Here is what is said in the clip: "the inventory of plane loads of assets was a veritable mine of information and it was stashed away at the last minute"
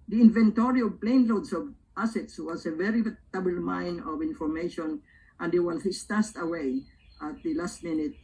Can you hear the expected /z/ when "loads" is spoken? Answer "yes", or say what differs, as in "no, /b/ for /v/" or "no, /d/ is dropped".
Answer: no, /s/ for /z/